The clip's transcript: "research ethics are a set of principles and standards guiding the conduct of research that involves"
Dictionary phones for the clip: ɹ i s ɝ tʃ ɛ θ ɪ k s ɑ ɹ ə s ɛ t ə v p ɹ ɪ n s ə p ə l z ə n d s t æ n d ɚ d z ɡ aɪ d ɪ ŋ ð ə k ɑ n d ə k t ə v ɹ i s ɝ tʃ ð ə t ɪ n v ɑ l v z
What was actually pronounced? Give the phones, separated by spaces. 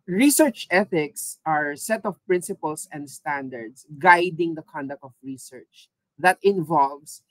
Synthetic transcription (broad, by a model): ɹ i s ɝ tʃ ɛ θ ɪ k s ɑ ɹ s ɛ t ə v p ɹ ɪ n s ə p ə l s ə n d s t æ n d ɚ d s ɡ aɪ d ɪ ŋ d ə k ɑ n d ə k t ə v ɹ i s ɝ tʃ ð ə t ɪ n v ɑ l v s